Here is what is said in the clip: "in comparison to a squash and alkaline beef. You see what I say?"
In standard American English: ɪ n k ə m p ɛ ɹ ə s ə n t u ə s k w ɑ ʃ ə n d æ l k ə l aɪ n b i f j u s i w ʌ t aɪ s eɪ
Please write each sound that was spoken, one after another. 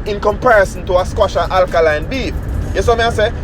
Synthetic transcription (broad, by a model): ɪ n k ə m p ɛ ɹ ə s ə n t u ə s k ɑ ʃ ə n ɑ l k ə l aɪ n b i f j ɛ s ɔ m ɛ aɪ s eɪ